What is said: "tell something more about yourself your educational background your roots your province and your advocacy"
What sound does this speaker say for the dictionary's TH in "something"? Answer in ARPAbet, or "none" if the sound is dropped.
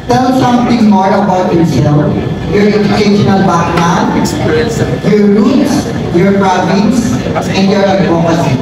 T